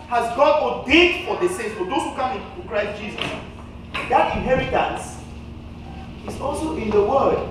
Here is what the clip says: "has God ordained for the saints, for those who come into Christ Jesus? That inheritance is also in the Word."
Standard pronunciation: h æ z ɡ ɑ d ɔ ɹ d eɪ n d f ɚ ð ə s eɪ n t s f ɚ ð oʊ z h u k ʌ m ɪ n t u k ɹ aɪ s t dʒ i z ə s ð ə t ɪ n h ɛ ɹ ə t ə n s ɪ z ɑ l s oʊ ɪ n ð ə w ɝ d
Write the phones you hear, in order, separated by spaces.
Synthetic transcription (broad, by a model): h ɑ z ɡ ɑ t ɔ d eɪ d f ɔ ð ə s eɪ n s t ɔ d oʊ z h u k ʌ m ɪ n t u k ɹ aɪ s t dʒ i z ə s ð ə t ɪ n h ɛ ɹ ə t ə n s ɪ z ɑ l s oʊ ɪ n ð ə w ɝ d